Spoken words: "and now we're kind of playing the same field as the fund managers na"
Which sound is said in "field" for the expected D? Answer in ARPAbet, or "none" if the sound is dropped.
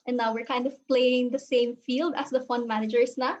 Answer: D